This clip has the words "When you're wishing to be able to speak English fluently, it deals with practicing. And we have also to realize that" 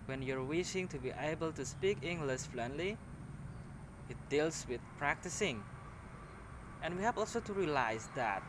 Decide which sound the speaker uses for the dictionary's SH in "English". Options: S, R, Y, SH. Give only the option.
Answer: S